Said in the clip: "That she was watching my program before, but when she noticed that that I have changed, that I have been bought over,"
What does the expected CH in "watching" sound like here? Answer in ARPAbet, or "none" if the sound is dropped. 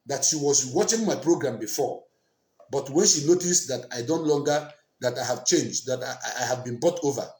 CH